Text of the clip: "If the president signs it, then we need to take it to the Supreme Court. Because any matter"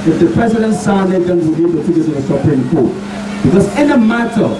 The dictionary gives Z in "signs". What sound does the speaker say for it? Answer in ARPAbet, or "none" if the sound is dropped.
none